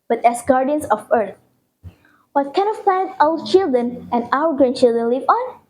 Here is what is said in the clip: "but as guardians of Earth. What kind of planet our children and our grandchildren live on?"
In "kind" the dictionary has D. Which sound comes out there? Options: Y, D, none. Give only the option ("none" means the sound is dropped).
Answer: none